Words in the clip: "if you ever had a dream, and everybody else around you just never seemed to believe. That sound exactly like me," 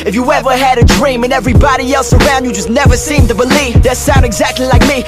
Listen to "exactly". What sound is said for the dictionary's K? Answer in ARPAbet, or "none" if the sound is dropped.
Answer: K